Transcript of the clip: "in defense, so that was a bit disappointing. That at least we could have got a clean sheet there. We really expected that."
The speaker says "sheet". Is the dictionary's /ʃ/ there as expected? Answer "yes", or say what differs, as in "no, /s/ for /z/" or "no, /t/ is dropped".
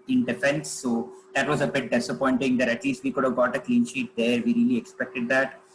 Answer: yes